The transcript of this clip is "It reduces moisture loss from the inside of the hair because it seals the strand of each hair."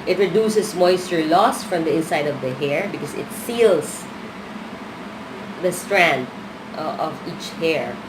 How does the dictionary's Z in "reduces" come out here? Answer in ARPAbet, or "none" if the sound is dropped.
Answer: S